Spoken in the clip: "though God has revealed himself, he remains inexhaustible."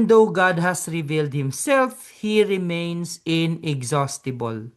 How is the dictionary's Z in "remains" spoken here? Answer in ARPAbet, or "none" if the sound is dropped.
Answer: S